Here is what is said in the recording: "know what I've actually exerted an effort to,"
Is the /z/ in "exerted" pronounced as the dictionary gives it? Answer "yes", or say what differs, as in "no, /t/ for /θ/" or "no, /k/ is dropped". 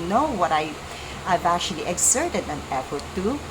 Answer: no, /s/ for /z/